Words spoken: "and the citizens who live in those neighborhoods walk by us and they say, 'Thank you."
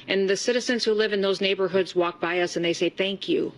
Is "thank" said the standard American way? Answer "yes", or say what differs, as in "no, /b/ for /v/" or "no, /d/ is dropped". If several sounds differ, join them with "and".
yes